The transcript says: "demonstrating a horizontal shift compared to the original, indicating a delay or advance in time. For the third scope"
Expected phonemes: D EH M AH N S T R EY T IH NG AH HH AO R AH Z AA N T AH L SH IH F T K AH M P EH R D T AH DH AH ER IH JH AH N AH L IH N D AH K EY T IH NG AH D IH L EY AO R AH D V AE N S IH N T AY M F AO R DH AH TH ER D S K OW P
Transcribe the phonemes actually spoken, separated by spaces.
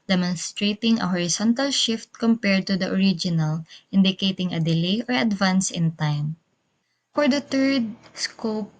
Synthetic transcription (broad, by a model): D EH M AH N S T R EY T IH NG AH HH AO R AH S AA N T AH L SH IH F T K AH M P EH R D T AH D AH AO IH JH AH N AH L IH N D AH K EY T IH NG AH D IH L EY AO R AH D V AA N S IH N T AY M F AO R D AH T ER D S K OW P